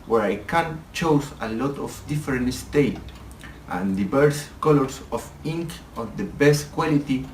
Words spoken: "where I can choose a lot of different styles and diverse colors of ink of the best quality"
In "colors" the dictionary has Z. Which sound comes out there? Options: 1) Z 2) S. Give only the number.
2